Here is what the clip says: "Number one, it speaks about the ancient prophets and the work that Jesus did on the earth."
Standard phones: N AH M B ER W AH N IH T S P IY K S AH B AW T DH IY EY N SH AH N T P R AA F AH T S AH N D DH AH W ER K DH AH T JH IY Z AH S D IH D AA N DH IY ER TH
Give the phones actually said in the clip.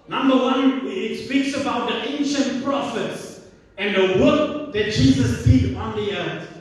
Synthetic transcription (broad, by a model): N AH M B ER W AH N IH T S P IY K S AH B AW T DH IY EY N SH AH N T P R AA F AH T S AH N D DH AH W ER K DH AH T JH IY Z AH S D IH D AA N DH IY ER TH